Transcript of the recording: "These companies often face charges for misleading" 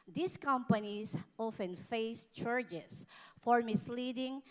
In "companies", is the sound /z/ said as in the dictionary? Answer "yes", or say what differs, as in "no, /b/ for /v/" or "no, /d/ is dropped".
no, /s/ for /z/